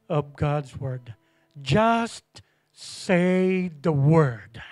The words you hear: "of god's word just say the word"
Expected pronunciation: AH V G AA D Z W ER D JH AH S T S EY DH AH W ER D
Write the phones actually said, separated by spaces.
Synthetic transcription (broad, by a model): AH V G AA D Z W ER D JH AH S T S EY DH AH W ER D